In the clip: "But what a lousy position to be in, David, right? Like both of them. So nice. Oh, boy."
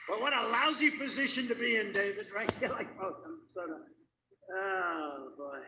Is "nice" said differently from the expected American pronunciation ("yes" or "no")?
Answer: yes